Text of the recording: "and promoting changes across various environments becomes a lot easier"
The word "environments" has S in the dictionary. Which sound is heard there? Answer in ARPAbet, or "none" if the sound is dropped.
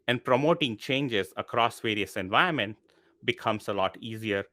none